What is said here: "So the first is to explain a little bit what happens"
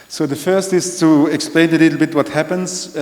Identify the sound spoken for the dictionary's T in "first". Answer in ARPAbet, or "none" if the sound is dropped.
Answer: T